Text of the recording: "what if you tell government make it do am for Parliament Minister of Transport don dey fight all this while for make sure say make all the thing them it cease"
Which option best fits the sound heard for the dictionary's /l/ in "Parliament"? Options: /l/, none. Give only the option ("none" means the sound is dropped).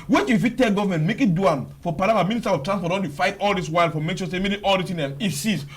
none